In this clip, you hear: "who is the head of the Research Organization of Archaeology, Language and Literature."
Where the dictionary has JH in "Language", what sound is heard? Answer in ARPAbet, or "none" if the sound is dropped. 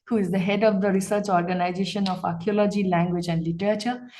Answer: JH